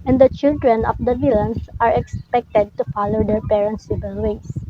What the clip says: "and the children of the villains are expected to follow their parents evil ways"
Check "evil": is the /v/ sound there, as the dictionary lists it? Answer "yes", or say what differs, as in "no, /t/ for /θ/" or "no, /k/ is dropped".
no, /b/ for /v/